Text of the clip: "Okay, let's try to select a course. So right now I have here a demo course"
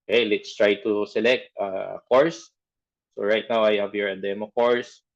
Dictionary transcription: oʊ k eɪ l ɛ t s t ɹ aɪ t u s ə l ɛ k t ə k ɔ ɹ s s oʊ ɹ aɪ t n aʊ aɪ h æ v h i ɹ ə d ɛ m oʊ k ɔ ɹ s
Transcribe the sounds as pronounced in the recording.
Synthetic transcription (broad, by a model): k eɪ l ɛ t s t ɹ aɪ t u s ə l ɛ k t ə k ɔ ɹ s s oʊ ɹ aɪ t n aʊ aɪ h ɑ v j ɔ ɹ ə d ɛ m oʊ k ɔ ɹ s